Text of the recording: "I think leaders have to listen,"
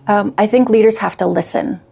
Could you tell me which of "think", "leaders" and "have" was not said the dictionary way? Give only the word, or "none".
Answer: have